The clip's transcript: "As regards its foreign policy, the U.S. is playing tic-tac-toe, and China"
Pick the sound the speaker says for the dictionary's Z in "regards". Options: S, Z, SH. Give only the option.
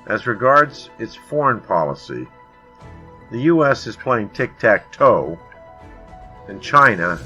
Z